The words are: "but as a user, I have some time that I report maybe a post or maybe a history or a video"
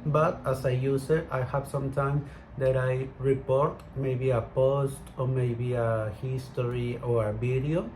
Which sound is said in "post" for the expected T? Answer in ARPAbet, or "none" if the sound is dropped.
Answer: T